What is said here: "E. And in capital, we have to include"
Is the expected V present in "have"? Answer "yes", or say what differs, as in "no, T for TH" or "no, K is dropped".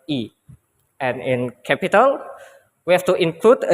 no, F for V